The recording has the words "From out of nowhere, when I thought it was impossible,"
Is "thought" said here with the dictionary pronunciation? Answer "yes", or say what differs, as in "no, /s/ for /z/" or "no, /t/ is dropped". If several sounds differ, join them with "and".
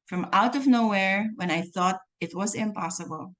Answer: yes